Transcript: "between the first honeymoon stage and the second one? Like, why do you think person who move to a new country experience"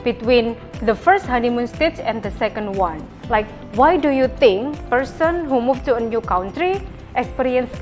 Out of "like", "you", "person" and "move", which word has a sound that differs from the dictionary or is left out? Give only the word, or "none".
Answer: move